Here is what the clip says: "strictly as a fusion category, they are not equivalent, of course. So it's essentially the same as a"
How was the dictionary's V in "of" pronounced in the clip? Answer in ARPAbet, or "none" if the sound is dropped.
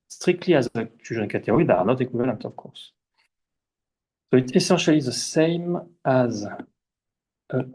P